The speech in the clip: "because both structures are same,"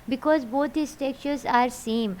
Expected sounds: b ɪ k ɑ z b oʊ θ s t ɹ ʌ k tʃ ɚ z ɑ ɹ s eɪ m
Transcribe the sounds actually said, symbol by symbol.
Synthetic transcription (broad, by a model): b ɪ k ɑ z b oʊ t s t ɛ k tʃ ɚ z ɑ ɹ s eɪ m